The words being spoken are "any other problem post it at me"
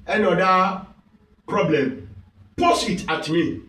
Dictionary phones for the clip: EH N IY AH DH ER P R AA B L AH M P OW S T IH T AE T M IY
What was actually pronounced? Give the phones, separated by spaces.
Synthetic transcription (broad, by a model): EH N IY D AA P R AA B L AH M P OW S IH T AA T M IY